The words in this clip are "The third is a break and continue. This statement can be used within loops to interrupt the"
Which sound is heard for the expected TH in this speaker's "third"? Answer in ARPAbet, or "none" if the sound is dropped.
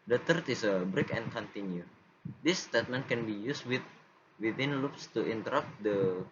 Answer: T